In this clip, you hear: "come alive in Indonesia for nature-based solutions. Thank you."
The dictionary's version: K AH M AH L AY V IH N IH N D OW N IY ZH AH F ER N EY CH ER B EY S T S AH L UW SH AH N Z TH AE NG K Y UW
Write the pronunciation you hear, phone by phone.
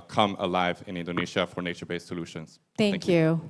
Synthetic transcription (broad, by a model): K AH M AH L AY V IH N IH N D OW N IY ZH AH F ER N EY CH ER B EY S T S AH L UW SH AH N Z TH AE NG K Y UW